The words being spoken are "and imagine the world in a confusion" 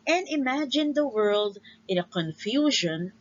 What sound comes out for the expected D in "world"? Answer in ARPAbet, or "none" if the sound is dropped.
D